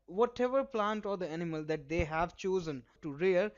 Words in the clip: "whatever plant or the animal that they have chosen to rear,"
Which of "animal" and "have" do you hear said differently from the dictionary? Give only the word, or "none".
none